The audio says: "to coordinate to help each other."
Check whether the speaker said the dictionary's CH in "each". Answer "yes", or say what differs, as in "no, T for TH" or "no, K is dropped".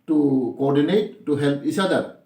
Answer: no, S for CH